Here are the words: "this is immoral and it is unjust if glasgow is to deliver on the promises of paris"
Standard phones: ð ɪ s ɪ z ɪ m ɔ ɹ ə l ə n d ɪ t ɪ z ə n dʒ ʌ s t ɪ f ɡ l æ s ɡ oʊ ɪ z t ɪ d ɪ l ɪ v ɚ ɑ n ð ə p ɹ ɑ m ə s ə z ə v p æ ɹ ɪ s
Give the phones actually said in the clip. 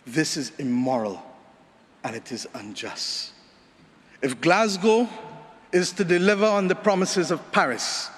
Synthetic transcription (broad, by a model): ð ɪ s ɪ z ɪ m ɔ ɹ ə l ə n ɪ t ɪ z ə n dʒ ʌ s t ɪ f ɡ l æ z ɡ oʊ ɪ z t ɪ d ɪ l ɪ v ɚ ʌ n ð ə p ɹ ɑ m ə s ə z ə v p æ ɹ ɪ s